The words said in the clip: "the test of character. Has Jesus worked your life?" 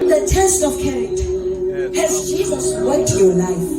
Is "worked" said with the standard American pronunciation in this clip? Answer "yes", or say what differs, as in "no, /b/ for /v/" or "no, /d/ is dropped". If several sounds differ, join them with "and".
no, /k/ is dropped